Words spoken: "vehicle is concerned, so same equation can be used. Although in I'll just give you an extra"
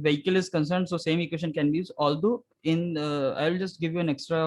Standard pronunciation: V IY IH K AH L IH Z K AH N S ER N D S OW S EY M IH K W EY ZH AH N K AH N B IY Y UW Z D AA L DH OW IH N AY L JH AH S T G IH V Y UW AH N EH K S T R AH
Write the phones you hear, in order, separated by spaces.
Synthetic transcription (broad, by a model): V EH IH K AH L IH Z K AH N S ER N D S OW S EY M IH K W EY SH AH N K AH N B IY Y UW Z AA L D OW IH N AY L JH AH S T G IH V Y UW AH N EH K S T R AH